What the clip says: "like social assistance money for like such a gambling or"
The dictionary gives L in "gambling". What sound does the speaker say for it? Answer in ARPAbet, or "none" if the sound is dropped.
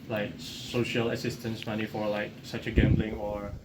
L